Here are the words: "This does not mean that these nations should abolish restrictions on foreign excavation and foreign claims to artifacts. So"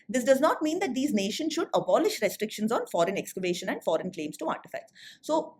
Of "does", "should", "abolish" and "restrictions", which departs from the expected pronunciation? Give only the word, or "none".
none